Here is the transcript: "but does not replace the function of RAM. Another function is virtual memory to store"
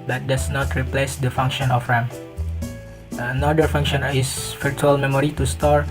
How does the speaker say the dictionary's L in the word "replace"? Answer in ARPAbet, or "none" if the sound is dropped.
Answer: L